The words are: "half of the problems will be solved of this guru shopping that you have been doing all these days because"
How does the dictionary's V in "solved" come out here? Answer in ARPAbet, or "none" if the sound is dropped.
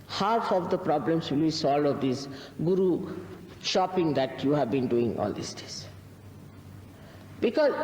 none